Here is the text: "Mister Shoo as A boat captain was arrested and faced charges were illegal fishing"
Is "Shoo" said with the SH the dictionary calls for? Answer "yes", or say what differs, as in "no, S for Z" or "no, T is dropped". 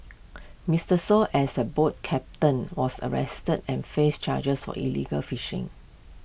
no, S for SH